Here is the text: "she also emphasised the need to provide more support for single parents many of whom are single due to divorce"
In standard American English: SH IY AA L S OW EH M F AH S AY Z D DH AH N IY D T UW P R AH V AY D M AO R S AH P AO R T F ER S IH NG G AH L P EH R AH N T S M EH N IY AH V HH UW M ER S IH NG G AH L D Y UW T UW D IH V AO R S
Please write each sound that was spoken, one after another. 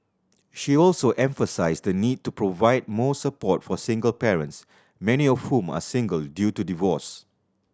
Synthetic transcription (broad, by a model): SH IY AA L S OW EH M F AH S AY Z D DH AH N IY D T UW P R AH V AY D M AO S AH P AO T F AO S IH NG G AH L P EH R AH N T S M EH N IY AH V HH UW M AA S IH NG G AH L D Y UW T UW D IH V AO S